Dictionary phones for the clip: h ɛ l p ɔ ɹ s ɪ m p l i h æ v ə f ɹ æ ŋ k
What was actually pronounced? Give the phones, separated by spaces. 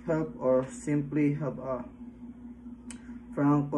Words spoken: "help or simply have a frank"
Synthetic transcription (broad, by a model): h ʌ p ɔ ɹ s ɪ m p l i h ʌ b ə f ɹ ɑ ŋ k